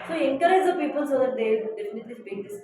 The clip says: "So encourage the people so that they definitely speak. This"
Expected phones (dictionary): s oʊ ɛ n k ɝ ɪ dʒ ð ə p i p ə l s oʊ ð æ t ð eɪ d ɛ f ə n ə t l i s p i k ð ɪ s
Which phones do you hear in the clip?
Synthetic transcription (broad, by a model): s oʊ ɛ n k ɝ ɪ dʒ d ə p i p ə l s oʊ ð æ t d eɪ d ɛ f ə n ə t l i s b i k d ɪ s